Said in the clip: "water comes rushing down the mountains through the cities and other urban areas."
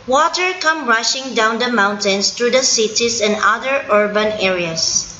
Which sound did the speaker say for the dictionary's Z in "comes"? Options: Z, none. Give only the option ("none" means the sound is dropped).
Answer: none